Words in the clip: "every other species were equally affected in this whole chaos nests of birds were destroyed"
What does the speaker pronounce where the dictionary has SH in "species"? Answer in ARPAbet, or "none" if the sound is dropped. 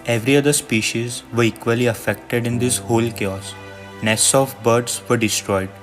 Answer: SH